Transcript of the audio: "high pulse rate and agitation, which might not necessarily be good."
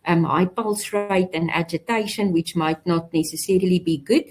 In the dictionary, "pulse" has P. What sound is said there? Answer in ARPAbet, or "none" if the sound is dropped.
P